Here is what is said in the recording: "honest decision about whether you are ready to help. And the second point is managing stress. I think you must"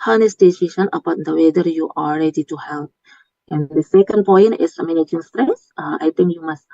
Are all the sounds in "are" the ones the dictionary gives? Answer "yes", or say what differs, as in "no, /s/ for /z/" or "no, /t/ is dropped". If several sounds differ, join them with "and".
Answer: no, /l/ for /ɹ/